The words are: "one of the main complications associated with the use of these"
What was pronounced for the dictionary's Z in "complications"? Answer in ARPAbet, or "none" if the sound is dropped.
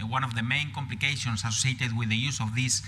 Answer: S